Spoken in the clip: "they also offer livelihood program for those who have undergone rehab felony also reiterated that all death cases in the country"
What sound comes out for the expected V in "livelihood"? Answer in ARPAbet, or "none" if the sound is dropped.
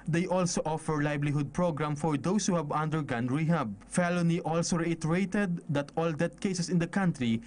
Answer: B